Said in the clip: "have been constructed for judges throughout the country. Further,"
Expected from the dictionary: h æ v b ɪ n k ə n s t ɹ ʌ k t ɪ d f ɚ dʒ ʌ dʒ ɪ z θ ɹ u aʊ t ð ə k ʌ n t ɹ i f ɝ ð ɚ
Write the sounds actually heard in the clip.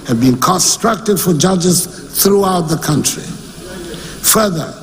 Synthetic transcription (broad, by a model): h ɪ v b ɪ n k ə n s t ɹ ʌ k t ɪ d f ɚ dʒ ʌ dʒ ɪ z θ ɹ u aʊ t ð ə k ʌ n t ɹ i f ɝ ð ɚ